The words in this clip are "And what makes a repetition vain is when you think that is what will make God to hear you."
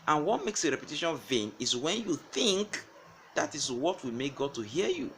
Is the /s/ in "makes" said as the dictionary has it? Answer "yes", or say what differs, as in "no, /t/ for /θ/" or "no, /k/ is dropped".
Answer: yes